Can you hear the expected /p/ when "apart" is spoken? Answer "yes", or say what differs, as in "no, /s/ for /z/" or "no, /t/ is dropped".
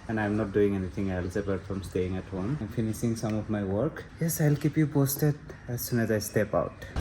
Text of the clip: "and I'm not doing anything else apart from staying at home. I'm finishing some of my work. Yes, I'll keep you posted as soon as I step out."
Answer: no, /b/ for /p/